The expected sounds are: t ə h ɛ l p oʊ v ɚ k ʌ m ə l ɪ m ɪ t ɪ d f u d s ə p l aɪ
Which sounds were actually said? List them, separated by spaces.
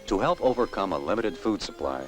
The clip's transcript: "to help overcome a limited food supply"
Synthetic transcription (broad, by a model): t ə h ɛ l p oʊ v ɚ k ʌ m ə l ɪ m ɪ t ɪ d f u d s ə p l aɪ